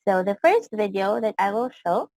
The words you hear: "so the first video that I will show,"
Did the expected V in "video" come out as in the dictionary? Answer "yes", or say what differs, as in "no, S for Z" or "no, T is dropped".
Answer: yes